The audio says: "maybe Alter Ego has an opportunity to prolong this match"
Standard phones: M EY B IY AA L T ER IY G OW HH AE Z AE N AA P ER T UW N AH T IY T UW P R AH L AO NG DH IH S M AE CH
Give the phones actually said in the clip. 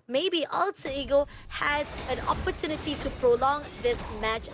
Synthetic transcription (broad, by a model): M EY B IY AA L S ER IY G OW HH AE Z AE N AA P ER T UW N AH T IY T UW P R AH L AO NG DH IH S M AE CH